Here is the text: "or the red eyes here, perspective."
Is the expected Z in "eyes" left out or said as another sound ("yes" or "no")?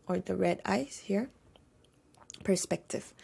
yes